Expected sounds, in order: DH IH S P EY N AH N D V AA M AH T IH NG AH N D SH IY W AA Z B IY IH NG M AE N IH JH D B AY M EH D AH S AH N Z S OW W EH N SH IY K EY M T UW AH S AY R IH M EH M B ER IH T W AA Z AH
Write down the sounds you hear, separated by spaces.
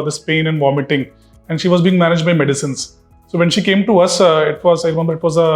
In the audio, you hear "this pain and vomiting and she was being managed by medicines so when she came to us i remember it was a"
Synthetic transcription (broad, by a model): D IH S P EY N AH N D V AA M AH T IH NG AH N D SH IY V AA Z B IY IH NG M AE N IH JH D B AY M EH D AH S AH N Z S OW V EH N SH IY K EY M T UW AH S AY R IH M EH M B ER IH T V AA Z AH